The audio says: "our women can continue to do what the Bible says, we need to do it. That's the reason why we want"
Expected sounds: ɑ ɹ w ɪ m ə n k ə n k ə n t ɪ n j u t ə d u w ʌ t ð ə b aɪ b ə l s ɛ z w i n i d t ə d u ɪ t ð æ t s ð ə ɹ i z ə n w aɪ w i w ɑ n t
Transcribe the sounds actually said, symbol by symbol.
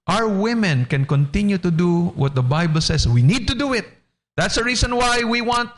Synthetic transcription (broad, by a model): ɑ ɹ w ɪ m ə n k ə n k ə n t ɪ n j u t ə d u w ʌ t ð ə b aɪ b ə l s ɛ s w i n i d t ə d u ɪ t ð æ t s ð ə ɹ i s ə n w aɪ w i w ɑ n t